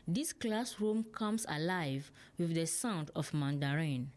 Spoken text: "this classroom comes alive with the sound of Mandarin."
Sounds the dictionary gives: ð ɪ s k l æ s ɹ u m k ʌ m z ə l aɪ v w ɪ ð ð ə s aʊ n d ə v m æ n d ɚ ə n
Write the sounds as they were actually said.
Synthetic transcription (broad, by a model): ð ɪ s k l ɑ s ɹ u m k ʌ m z ə l aɪ v w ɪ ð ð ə s aʊ n d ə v m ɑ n d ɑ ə n